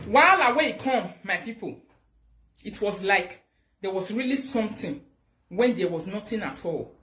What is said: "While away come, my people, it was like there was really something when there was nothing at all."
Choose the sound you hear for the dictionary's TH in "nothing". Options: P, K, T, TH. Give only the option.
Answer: T